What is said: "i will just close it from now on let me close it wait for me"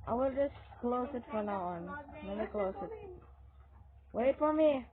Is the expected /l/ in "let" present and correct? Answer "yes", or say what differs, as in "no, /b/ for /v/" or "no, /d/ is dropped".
no, /n/ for /l/